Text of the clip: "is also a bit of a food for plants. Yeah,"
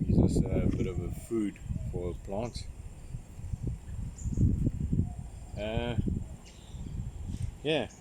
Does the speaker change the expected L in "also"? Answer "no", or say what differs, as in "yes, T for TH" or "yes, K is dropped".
yes, L is dropped